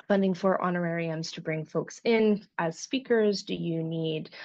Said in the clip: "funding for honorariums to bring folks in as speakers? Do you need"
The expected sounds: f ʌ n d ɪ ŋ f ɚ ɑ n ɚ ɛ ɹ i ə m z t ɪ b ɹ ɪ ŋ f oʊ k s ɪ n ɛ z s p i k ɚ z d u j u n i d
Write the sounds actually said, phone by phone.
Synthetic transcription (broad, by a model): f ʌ n d ɪ ŋ f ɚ ɑ n ɚ ɛ ɹ i ə m z t ɪ b ɹ ɪ ŋ f oʊ k s ɪ n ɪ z s p i k ɚ z d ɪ j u n i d